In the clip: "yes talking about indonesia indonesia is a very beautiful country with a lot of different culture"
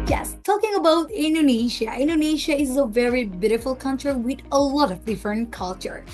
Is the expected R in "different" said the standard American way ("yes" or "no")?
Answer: no